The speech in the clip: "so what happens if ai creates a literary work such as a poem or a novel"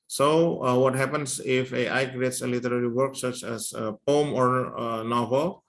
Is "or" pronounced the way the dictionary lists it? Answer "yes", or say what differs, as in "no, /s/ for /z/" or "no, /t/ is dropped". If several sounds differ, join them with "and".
yes